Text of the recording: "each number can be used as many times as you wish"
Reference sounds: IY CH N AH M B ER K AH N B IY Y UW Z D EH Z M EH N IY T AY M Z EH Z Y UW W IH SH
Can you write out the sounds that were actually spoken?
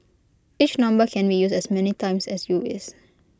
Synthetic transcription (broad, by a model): IY CH N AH M B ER K AH N B IY Y UW S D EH S M EH N IY T AY M S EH S Y UW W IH S